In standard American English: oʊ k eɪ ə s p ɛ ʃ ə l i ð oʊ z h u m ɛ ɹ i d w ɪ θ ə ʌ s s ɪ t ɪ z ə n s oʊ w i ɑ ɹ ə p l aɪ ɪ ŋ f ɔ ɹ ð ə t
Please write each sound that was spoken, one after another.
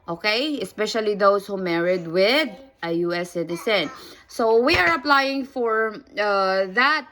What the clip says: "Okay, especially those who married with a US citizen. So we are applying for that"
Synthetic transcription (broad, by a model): oʊ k eɪ ə s p ɛ ʃ ə l i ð oʊ s h u m ɛ ɹ i d w ɪ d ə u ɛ s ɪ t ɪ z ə n s oʊ w i ɑ ɹ ə p l aɪ ɪ ŋ f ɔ ɹ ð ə t